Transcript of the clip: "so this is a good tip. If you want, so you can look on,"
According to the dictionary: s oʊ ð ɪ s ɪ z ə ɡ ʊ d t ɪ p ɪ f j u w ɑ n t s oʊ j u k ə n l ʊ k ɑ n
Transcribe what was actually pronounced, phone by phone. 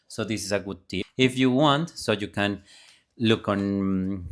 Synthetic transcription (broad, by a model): s oʊ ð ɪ s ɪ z ə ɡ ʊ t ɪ ɪ f j u w ɑ n t s oʊ j u k ə n l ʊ k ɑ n